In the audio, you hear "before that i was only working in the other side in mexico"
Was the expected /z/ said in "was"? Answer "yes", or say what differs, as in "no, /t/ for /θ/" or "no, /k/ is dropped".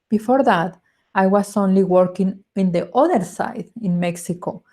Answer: no, /s/ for /z/